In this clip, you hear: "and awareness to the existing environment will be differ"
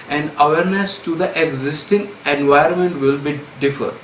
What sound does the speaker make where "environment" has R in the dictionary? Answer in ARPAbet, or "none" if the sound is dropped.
none